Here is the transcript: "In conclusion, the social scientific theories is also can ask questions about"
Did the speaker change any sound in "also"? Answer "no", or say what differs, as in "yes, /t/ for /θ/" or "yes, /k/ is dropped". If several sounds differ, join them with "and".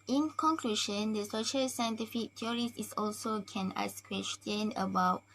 no